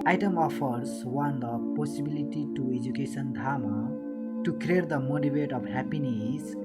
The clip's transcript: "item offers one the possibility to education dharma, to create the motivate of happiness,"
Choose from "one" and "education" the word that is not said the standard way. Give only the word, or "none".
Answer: education